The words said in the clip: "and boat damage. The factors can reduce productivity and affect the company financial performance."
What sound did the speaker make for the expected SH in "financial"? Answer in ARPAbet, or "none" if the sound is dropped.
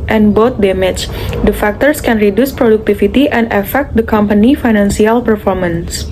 S